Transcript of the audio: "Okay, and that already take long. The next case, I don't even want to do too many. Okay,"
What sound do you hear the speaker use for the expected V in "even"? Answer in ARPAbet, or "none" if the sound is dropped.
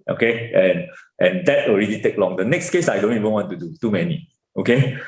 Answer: V